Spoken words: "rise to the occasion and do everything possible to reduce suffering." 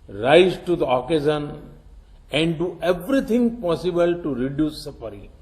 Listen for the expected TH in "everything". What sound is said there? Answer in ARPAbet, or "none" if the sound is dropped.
T